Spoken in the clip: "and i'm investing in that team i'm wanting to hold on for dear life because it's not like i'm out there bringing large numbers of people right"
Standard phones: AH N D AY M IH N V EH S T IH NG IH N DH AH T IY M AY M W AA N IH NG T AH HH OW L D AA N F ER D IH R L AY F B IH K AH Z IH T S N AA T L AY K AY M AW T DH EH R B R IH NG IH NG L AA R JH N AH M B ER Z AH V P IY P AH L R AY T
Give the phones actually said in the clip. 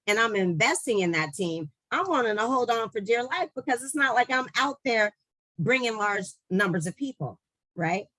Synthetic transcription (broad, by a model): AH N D AY M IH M V EH S T IH NG IH N DH AH T IY M AY M W AA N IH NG T AH HH OW L D N F ER D IH R L AY F B IH K AH Z IH T S N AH T L AY K AY M AW T DH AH R B R IH NG IH NG L AA R JH N AH M B ER Z AH V P IY P L R AY T